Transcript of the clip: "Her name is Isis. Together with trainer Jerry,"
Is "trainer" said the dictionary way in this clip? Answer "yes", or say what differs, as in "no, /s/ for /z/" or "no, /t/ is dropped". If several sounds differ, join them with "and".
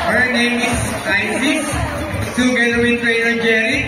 no, /n/ is dropped